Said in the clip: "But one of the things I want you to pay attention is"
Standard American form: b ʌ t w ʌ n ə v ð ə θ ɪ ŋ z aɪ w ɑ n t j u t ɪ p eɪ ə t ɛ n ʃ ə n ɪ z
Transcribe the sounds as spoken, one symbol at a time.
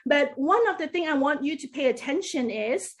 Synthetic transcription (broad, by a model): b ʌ t w ʌ n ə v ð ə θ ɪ ŋ aɪ w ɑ n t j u t ɪ p eɪ ə t ɛ n ʃ ə n ɪ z